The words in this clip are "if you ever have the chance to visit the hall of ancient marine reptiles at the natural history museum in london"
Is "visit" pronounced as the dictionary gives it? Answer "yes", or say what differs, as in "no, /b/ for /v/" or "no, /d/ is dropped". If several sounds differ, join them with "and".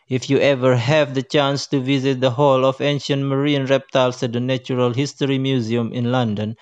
yes